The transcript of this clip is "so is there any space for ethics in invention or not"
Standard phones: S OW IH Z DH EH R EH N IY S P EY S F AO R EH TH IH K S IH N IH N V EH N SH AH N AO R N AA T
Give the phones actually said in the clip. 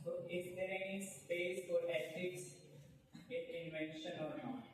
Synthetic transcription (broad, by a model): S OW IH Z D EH R EH N IY S P EY S F AO R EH S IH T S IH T IH N V EH N SH AH N AO R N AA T